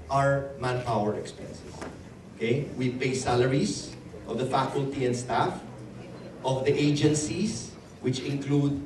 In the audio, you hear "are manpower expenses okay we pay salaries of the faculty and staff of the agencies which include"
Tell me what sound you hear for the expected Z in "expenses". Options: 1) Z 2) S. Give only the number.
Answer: 2